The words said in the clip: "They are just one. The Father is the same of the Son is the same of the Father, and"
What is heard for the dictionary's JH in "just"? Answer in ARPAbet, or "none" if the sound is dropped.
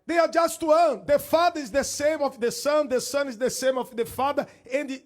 JH